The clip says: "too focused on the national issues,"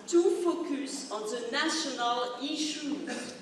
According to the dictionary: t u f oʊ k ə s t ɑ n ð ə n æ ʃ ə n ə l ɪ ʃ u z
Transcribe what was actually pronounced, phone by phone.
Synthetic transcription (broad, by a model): t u f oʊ k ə s ɑ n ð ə n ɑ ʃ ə n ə l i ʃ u